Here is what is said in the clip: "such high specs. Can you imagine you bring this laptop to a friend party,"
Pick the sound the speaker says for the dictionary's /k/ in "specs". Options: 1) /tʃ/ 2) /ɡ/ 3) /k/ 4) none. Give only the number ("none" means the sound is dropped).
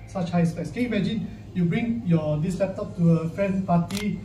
4